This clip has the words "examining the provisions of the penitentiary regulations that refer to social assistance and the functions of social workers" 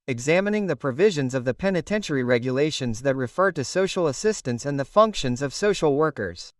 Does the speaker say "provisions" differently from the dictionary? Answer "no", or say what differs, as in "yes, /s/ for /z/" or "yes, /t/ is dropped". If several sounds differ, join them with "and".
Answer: no